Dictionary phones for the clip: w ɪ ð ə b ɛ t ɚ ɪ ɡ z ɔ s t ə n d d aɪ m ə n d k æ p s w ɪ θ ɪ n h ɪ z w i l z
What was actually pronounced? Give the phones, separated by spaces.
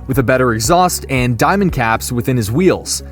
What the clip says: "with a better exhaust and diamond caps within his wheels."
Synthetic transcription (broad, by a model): w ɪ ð ə b ɛ t ɚ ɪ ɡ z ɔ s t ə n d d aɪ m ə n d k æ p s w ɪ θ ɪ n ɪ z w i l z